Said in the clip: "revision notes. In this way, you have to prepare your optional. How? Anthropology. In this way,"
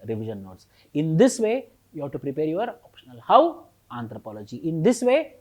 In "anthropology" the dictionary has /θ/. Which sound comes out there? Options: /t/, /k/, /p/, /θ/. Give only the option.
/t/